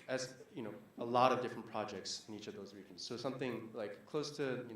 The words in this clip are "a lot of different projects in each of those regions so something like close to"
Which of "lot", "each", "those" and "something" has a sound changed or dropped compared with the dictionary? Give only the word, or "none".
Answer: none